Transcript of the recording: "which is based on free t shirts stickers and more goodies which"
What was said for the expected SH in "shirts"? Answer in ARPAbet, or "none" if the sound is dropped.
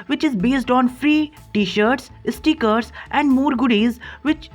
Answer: SH